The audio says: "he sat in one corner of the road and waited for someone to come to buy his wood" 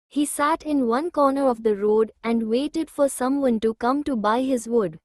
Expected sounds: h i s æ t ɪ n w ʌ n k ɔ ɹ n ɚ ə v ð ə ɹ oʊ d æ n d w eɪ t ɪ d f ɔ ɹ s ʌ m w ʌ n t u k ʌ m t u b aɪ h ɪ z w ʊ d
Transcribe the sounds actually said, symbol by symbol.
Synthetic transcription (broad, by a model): h i s æ t ɪ n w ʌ n k ɔ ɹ n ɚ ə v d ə ɹ oʊ d æ n d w eɪ t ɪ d f ɔ ɹ s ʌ m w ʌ n t u k ʌ m t u b aɪ h ɪ z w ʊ d